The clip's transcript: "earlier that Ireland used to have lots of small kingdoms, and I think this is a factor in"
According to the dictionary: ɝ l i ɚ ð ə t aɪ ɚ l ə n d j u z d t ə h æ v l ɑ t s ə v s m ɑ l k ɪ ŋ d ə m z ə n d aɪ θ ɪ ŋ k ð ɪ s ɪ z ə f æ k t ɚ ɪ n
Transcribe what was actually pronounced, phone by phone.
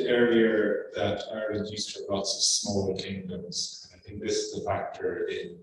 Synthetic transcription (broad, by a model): ɝ i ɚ ð ə t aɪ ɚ ə d j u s t ə l ɑ t s ə v s m ɑ l k ɪ ŋ d ə m z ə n aɪ θ ɪ ŋ k ð ɪ s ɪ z ə f æ k t ɚ ɪ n